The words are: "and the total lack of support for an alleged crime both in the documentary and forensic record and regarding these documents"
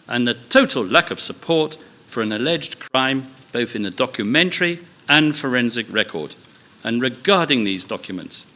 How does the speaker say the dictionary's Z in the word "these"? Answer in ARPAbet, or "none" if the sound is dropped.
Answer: Z